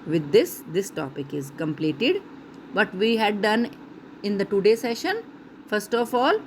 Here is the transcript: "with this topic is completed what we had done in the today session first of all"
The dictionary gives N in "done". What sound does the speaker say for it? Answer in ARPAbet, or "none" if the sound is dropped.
N